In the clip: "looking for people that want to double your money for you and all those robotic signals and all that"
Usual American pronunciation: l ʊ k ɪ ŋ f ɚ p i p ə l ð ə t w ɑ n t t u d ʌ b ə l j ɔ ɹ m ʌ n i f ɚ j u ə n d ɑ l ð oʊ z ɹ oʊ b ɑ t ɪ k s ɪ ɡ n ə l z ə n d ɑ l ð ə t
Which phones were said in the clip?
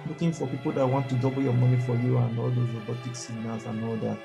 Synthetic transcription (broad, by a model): l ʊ k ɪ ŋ f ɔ p i p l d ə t w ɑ n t t u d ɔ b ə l j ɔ m ʌ n i f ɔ j u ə n ɑ l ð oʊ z ɹ oʊ b ɑ t ɪ k s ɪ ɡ n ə z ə n ɑ l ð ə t